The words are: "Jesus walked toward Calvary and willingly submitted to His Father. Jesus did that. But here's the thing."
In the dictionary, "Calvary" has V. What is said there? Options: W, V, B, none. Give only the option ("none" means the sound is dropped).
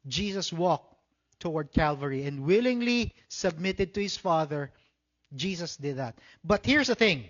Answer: V